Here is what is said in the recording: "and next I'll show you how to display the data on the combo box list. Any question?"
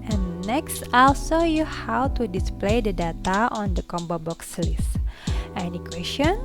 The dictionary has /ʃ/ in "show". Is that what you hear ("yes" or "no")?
no